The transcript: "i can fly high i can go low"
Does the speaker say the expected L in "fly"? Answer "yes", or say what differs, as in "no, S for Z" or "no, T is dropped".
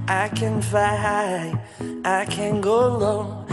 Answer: no, L is dropped